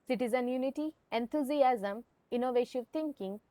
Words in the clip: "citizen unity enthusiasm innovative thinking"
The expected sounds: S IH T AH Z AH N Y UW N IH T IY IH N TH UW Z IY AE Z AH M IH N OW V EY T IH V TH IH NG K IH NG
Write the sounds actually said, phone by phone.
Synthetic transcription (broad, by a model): S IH T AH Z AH N Y UW N IH T IY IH N T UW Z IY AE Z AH M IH N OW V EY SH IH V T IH NG K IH NG